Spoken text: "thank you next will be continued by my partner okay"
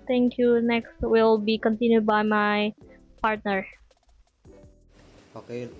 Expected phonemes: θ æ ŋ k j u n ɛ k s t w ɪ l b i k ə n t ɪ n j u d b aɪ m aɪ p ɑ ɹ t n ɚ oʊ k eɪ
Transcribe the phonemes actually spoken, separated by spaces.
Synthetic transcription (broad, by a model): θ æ ŋ k j u n ɛ k s t w ɪ l b i k ə n t ɪ n j u d b aɪ m aɪ p ɑ ɹ t n ɚ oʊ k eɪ